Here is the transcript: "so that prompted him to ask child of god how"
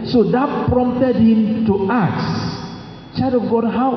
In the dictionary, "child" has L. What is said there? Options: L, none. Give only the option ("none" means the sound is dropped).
none